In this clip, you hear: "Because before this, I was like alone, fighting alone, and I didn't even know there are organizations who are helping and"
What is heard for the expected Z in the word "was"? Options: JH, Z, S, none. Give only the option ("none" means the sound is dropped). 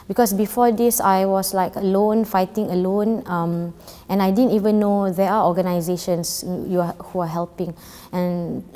S